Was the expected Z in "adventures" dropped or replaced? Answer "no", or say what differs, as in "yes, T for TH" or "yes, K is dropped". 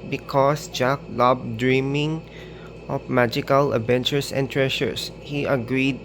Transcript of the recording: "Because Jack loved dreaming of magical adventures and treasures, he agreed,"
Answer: yes, S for Z